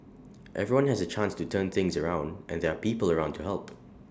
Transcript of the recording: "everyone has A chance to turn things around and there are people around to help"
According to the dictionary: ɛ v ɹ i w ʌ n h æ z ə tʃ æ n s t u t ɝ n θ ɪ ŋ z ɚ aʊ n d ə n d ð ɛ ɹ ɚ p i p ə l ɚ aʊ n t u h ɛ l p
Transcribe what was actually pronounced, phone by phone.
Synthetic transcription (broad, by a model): ɛ v ɹ i w ʌ n h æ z ə tʃ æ n s t u t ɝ n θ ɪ ŋ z ɚ aʊ n d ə n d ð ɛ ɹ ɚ p i p ə l ɚ aʊ n t u h ɛ l p